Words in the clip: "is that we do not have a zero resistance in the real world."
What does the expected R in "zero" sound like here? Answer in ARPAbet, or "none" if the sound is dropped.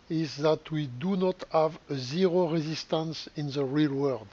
R